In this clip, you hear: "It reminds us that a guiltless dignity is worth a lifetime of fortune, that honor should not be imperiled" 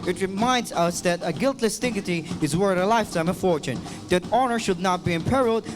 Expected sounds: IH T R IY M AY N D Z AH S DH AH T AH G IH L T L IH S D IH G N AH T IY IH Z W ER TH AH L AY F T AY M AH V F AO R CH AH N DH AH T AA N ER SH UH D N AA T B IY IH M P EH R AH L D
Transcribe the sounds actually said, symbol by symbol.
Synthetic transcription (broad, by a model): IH T R IY M AY N D Z AH S DH AH T AH G IH L T L IH S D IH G AH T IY IH Z W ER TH AH L AY F T AY M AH F AO R CH AH N DH AH T AA N ER SH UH D N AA T B IY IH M P EH R L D